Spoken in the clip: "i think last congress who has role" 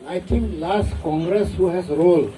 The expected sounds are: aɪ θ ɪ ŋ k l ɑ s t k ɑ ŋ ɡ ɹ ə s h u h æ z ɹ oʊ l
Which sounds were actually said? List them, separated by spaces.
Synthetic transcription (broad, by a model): aɪ t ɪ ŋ k l ɑ s t k ɑ ŋ ɡ ɹ ə s h u h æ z ɹ oʊ l